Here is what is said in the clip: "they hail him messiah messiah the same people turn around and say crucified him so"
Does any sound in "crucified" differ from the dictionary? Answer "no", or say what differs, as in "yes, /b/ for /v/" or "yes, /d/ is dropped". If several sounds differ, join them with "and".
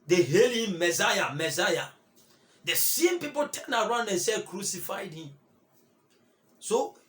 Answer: no